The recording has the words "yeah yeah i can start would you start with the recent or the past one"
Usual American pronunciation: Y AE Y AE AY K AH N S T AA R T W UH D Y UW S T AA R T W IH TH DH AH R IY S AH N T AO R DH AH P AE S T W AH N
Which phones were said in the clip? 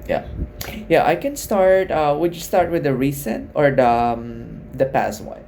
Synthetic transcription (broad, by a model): Y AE Y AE AY K AH N S T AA R T W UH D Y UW S T AA R T W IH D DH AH R IY S AH N T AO R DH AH P AE S T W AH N